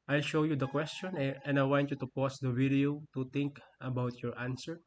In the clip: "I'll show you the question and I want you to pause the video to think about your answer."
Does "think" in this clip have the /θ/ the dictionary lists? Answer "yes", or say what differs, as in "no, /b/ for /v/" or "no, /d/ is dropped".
no, /t/ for /θ/